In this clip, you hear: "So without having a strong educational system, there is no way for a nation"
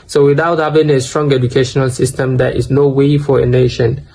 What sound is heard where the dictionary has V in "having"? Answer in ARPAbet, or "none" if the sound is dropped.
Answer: B